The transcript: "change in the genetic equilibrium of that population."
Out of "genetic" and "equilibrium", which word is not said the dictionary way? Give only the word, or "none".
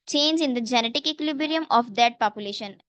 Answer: equilibrium